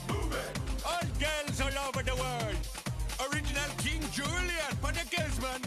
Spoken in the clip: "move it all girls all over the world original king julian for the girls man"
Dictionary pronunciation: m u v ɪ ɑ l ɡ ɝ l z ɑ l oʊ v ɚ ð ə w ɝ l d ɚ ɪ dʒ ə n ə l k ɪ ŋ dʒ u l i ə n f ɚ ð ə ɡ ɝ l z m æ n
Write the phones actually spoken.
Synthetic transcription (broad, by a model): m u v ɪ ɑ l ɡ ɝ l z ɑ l oʊ v ɚ ð ə w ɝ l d ɚ ɪ dʒ ə n ə l k ɪ ŋ dʒ u l i ə n p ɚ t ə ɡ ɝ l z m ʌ n